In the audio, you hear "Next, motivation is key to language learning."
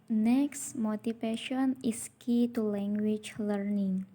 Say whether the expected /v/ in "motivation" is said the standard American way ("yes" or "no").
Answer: no